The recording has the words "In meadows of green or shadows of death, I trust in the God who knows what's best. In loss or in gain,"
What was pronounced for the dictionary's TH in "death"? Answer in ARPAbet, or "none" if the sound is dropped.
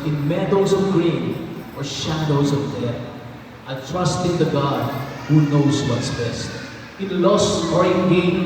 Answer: T